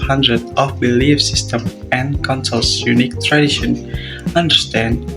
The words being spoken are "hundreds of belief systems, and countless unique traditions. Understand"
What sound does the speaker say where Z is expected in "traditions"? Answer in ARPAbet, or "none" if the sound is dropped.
none